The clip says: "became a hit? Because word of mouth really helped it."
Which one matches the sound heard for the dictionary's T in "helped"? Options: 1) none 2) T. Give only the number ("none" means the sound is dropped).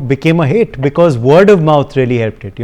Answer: 2